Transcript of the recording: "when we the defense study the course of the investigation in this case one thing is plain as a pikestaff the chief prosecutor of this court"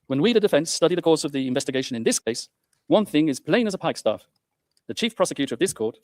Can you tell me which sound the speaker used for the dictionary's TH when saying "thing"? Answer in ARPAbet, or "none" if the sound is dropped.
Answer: TH